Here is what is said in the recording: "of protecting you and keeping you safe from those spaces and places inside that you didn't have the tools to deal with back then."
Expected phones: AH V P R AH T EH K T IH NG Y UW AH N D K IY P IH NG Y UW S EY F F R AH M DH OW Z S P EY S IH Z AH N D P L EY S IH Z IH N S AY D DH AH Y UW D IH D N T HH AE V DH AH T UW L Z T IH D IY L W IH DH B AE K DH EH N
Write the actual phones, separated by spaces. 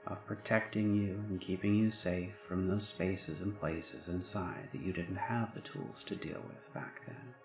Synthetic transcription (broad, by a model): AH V P R AH T EH K T IH NG Y UW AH N K IY P IH NG Y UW S EY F F R AH M DH OW Z S P EY S IH Z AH N P L EY S IH Z IH N S AY D DH AH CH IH D IH D N T HH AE V DH AH T UW L Z T IH D IY L W IH DH B AE K DH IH N